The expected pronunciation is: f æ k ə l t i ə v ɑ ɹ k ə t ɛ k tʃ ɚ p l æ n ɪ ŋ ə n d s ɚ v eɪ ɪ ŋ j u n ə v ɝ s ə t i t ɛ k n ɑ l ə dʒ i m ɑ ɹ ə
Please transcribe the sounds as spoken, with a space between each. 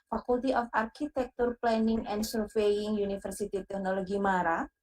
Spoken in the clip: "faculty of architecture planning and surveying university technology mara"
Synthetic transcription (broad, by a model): f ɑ k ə l t i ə f ɑ ɹ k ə t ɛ k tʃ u p l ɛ n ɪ ŋ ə n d s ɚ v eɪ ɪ ŋ j u n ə f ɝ s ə t i t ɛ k n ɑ l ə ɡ i m ɑ ɹ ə